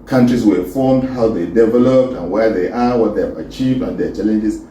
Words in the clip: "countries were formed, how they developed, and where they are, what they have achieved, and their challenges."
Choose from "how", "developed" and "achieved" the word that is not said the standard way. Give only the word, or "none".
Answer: none